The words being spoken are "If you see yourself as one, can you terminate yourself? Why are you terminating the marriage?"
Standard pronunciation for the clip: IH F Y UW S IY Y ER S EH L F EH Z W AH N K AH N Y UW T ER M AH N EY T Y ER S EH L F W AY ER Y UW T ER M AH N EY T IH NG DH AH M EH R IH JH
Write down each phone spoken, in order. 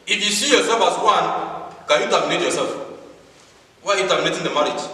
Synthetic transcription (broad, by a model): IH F Y UW S IY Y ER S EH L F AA S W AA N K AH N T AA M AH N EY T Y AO S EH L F W AY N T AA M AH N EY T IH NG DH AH M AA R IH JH